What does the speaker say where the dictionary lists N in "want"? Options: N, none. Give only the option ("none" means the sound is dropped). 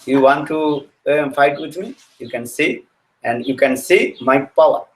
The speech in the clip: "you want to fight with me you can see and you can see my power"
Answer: N